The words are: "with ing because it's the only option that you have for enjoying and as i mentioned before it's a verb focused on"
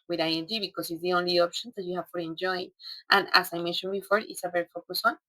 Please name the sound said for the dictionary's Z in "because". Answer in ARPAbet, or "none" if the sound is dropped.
S